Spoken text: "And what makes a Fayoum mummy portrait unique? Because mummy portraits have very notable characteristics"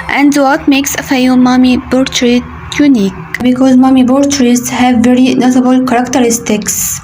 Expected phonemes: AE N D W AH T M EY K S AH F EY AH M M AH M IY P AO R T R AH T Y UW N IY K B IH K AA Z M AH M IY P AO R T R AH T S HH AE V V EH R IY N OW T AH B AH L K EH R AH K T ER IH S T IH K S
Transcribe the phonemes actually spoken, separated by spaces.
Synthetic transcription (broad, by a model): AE N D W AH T M EY K S AH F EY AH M M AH M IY B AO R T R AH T Y UW N IY K B IH K AA Z M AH M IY B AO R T R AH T S HH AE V V EH R IY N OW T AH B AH L K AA R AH K T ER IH S T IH K S